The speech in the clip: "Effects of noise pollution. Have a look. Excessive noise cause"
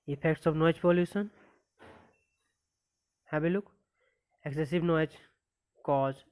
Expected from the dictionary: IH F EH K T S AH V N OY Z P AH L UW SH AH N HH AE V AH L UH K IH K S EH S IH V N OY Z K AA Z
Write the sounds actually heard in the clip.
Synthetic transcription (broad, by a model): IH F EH K T S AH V N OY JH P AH L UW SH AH N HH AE B AH L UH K IH K S EH S IH V N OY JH K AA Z